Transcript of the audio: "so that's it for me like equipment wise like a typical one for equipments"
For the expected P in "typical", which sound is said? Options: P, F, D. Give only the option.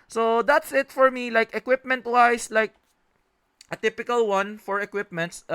P